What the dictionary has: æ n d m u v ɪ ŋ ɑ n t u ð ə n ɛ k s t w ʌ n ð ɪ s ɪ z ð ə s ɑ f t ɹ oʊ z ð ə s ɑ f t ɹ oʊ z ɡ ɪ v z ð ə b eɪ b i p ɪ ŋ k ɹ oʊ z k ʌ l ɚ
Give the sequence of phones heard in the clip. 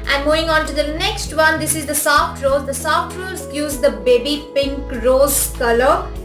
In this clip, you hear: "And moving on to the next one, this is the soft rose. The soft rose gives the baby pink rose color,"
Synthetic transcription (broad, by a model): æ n d m u v ɪ ŋ ɑ n t u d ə n ɛ k s t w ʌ n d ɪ s ɪ z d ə s ɑ f t ɹ oʊ z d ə s ɑ f t ɹ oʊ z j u z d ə b eɪ b i p ɪ ŋ k ɹ oʊ z k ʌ l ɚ